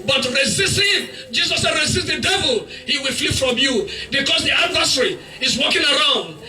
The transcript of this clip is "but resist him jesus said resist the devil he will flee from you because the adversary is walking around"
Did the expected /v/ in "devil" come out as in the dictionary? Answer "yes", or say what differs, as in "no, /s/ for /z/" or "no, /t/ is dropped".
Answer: yes